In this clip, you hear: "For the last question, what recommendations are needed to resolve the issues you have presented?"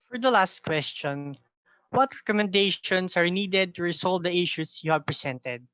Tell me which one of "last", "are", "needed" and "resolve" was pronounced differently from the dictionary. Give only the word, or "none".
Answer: resolve